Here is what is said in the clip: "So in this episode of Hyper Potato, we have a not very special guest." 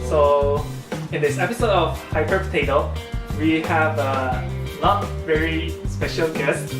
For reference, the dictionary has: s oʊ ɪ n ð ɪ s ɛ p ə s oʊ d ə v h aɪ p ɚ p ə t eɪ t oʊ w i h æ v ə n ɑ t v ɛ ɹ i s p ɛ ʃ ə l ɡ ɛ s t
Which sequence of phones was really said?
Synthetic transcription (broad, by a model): s oʊ ɪ n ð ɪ s ɛ p ə s oʊ d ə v h aɪ p ɚ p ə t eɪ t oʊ w i h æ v ə l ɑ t v ɛ ɹ i s p ɛ ʃ ə l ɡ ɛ s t